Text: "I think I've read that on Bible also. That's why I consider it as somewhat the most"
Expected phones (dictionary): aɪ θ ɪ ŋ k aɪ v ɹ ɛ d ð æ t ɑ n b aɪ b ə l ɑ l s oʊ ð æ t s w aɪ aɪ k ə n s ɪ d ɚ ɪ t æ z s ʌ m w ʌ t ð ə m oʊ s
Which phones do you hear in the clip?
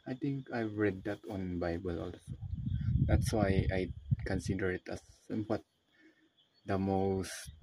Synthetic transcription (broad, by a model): aɪ t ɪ ŋ k aɪ v ɹ ɛ d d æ t ɑ n b aɪ b ə l ɑ l s oʊ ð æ t s w aɪ aɪ k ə n s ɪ d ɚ ɪ t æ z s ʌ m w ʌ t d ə m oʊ s